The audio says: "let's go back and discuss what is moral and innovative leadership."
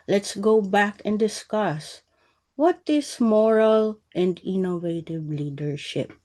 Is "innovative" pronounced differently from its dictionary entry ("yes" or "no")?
no